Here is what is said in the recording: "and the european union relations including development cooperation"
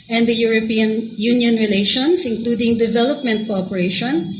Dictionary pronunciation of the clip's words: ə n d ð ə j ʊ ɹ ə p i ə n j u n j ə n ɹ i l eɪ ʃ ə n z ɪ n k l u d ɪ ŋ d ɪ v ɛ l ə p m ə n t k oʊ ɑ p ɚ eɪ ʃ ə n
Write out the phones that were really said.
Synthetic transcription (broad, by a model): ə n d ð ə j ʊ ɹ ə p i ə n j u n j ə n ɹ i l eɪ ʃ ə n s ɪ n k l u d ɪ ŋ d ɪ v ɛ l ə p m ə n t k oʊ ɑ p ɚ eɪ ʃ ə n